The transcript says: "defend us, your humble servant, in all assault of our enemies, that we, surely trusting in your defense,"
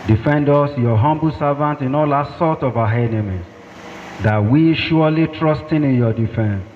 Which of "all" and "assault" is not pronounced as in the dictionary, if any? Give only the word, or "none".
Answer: assault